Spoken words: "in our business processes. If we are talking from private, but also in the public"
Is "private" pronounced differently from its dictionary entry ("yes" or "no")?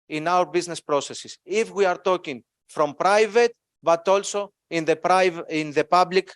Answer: no